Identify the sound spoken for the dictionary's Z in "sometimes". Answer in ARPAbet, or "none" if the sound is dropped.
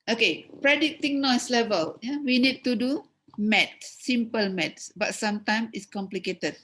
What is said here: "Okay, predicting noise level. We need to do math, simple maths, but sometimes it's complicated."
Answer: none